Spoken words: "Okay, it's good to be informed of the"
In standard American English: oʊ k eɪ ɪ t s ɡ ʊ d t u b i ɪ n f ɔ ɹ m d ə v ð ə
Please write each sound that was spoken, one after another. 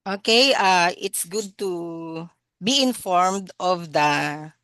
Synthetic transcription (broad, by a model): oʊ k eɪ ɪ t s ɡ ʊ d t u b i ɪ n f ɔ ɹ m d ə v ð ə